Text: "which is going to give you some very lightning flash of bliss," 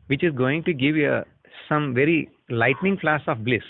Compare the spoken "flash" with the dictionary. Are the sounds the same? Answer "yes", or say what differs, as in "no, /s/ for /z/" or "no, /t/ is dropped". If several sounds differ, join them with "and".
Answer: no, /s/ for /ʃ/